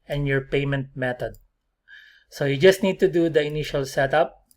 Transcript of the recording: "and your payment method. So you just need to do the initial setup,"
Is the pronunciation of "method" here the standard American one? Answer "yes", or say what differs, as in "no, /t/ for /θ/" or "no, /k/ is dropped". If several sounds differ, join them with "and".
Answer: no, /t/ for /θ/